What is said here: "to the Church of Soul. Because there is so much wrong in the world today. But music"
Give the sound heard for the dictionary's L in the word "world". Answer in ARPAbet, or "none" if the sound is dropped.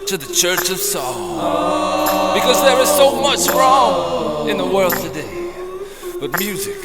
L